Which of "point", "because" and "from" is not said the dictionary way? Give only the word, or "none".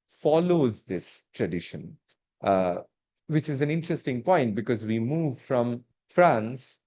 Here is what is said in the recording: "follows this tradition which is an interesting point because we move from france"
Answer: none